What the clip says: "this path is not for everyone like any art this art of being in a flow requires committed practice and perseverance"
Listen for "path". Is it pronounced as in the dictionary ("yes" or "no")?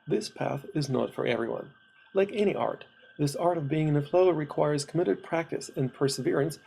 yes